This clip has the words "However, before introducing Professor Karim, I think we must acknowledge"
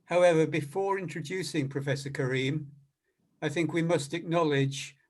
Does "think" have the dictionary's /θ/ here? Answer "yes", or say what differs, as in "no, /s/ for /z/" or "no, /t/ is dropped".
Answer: yes